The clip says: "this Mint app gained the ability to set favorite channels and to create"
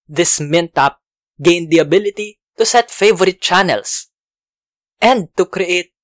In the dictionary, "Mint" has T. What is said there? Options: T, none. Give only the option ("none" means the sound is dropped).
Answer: T